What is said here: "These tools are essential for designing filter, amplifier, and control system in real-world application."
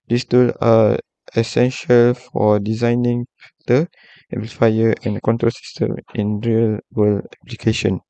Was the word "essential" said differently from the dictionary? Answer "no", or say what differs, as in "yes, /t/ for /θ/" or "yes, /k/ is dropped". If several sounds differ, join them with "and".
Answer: no